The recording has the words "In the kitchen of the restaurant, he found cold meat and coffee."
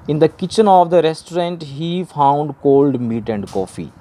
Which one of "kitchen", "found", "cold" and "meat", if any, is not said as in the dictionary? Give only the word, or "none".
none